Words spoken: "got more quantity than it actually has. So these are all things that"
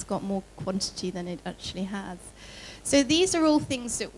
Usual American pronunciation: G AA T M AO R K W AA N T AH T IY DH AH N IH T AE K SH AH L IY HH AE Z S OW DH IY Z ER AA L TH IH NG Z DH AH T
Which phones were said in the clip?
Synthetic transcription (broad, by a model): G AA T M AO K W AA N T AH T IY DH AH N IH T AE K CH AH L IY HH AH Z S OW DH IY Z ER AA L TH IH NG Z DH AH T